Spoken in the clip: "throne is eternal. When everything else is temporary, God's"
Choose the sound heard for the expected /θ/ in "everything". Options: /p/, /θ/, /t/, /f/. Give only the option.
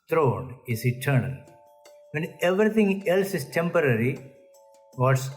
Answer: /t/